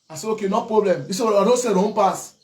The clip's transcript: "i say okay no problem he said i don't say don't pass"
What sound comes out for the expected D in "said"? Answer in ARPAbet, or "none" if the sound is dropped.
none